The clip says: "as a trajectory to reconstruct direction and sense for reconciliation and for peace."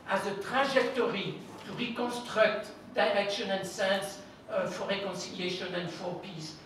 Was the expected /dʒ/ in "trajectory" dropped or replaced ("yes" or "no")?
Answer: yes